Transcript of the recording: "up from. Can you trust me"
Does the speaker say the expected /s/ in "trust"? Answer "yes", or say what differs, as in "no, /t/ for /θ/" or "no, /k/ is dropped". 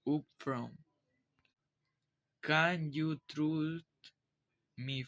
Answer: no, /s/ is dropped